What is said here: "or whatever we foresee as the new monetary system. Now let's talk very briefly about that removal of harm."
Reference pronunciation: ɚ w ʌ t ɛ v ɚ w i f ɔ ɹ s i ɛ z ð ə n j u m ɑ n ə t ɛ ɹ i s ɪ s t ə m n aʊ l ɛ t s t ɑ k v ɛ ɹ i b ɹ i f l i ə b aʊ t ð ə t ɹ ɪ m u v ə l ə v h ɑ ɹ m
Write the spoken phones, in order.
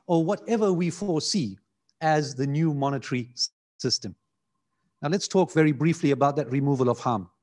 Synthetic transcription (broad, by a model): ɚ w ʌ t ɛ v ɚ w i f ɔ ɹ s i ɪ z ð ə n j u m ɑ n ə t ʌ ɹ i s ɪ s t ə m n aʊ l ɛ t s t ɑ k v ɛ ɹ i b ɹ i f l i ə b aʊ t ð ə t ɹ ɪ m u v ə l ə v h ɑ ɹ m